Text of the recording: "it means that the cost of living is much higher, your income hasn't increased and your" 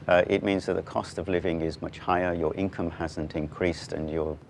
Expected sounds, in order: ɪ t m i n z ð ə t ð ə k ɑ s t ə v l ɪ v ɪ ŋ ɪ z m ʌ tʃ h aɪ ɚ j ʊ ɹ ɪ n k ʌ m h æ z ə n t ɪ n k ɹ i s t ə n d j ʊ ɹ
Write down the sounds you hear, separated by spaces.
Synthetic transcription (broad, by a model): ɪ t m i n z ð ə t ð ə k ɑ s t ə v l ɪ v ɪ ŋ ɪ z m ʌ tʃ h aɪ ɚ j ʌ ɹ ɪ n k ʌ m h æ z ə n t ɪ n k ɹ i s t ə n j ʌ ɹ